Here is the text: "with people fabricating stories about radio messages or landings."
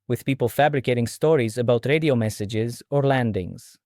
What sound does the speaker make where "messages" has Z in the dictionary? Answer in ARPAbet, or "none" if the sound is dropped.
Z